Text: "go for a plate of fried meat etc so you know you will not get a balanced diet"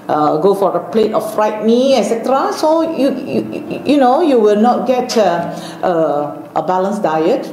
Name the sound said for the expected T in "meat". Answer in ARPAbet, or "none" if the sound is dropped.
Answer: none